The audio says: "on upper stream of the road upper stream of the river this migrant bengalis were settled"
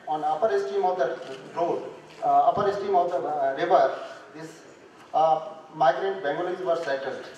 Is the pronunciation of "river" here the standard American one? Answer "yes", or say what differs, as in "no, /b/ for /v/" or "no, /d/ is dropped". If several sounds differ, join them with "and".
yes